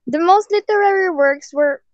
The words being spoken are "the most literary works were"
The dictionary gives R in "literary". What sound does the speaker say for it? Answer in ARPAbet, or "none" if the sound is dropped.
R